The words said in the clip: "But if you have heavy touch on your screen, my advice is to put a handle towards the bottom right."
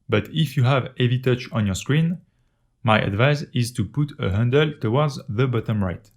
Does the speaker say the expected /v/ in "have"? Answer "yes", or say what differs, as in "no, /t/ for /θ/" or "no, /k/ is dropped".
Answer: yes